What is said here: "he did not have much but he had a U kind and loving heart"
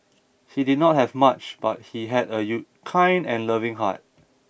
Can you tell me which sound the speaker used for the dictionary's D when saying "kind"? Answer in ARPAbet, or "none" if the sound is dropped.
D